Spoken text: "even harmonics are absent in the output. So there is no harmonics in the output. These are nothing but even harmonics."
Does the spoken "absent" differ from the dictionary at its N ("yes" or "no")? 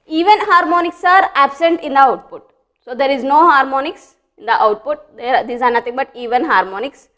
no